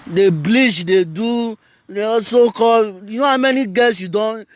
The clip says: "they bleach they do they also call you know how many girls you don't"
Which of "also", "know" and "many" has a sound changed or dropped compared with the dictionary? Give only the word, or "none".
also